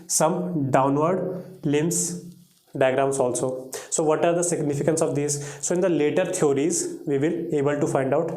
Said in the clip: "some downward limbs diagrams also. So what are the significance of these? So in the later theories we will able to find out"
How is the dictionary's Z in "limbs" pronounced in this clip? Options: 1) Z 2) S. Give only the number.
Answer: 2